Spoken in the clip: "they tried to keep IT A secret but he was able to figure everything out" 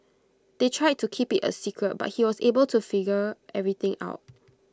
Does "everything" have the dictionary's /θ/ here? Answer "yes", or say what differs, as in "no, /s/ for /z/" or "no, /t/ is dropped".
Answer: no, /t/ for /θ/